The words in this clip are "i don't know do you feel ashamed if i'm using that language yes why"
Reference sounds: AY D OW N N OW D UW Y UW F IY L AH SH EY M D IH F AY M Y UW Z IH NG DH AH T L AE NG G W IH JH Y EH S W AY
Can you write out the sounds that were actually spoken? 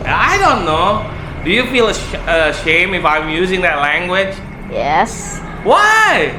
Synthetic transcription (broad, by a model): AY D OW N N OW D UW Y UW F IY L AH SH EY M IH F AY M Y UW Z IH NG DH AH T L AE NG G W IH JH Y EH S W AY